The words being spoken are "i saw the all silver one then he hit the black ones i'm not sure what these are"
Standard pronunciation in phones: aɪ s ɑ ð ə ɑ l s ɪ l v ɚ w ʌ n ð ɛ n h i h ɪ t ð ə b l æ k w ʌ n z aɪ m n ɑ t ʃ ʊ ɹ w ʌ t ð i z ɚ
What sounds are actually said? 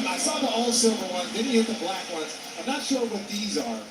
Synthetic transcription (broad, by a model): aɪ s ɑ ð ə ɑ l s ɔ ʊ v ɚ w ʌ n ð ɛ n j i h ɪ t ð ə b l æ k w ʌ n z aɪ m n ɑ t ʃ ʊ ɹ w ʌ t ð i z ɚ